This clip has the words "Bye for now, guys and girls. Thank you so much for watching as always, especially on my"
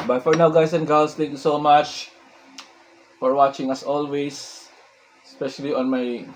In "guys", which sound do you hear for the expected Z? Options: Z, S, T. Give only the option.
S